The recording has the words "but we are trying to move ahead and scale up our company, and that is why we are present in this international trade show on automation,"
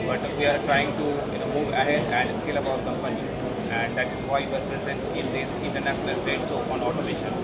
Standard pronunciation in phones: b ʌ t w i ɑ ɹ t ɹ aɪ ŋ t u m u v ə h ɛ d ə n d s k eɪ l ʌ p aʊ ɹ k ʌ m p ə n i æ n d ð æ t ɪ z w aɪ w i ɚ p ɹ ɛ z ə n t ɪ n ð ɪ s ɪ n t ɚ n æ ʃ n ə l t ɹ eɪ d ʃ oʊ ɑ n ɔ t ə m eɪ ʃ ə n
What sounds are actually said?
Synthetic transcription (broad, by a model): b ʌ t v i ɑ ɹ t ɹ aɪ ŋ t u m u v ə h ɛ d ə n d s k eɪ l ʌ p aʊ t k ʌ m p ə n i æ n d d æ t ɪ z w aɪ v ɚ p ɹ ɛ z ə n t ɪ n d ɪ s ɪ n t ɚ n æ ʃ n ə l t ɹ eɪ d s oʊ ɑ n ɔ t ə m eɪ ʃ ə n